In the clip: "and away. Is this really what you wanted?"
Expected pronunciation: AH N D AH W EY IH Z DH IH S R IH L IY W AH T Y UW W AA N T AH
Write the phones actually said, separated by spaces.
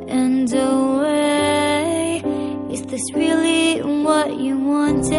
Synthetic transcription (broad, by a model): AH N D AH W EY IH S DH IH S R IH L IY W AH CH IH W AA N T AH